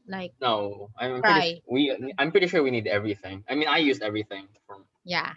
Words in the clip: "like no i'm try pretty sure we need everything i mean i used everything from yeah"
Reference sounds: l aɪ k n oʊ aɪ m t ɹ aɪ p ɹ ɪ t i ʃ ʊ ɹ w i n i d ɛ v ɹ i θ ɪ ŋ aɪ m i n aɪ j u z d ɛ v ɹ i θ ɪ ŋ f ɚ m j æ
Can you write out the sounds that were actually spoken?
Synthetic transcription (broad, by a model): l aɪ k n oʊ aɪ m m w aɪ p ɹ ɪ t i ʃ ʊ ɹ w i n i d ɛ v ɹ i θ ɪ ŋ aɪ m i n aɪ j u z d ɛ v ɹ i θ ɪ ŋ f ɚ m j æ